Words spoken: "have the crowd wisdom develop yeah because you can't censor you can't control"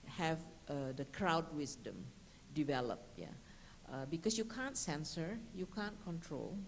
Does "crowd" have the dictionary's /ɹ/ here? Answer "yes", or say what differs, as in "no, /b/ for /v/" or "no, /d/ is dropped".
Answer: yes